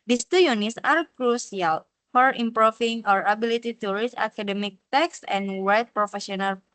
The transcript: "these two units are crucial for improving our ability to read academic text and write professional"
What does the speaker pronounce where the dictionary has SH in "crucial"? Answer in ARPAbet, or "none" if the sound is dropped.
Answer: S